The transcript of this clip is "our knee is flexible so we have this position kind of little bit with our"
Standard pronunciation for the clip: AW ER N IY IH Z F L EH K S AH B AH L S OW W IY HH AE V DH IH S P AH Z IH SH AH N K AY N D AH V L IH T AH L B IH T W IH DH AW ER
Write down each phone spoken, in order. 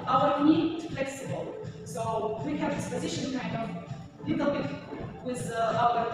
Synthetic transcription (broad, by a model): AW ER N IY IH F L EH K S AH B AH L S OW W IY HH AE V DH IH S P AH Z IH SH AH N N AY D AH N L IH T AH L B IH T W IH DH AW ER